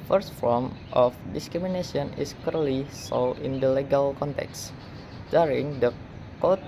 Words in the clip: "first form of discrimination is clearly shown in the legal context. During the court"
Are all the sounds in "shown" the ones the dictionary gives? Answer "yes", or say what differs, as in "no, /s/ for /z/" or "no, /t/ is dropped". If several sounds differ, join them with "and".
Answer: no, /s/ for /ʃ/ and /l/ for /n/